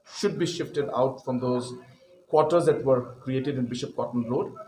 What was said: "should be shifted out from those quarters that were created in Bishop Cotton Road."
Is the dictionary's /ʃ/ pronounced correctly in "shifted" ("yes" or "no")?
yes